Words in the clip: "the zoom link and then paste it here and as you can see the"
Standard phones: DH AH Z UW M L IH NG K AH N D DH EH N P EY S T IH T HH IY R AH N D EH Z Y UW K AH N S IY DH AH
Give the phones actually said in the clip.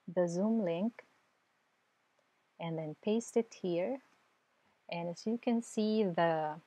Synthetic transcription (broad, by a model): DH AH Z UW M L IH NG K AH N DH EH N P EY S T IH T HH IY R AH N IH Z Y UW K AH N S IY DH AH